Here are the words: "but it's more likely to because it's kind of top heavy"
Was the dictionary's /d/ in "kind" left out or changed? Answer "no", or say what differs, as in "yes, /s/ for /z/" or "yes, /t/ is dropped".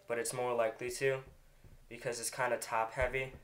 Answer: no